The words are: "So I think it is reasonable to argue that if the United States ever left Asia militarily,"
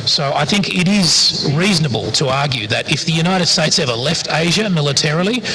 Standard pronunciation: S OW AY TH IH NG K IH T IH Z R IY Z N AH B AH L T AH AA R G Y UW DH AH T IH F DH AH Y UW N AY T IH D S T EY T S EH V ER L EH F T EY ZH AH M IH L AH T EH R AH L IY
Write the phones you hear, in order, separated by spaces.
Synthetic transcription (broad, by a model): S OW AY TH IH NG K IH T IH Z R IY Z N AH B AH L T AH AA R G Y UW DH AH T IH F DH AH Y UW N AY T IH D S T EY T S EH V ER L EH F T EY ZH AH M IH L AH T EH R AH L IY